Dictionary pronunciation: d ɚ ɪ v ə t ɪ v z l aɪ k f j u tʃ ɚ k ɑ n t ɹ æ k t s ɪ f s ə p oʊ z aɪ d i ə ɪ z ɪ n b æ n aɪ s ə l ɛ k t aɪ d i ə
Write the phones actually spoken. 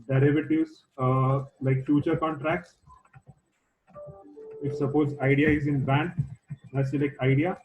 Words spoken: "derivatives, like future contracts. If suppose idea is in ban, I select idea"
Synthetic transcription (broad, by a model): d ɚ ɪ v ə t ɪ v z l aɪ k f j u tʃ ɚ k ɑ n t ɹ æ k t s ɪ f s ə p oʊ z aɪ d i ə ɪ z ɪ n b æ n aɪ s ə l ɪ k aɪ d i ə